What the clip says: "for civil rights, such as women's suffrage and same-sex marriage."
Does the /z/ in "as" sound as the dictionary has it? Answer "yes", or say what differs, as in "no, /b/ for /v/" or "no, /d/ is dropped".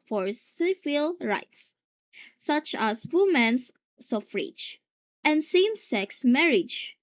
no, /s/ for /z/